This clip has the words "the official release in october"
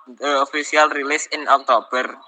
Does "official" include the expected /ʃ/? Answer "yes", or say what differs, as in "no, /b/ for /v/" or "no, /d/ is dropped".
no, /s/ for /ʃ/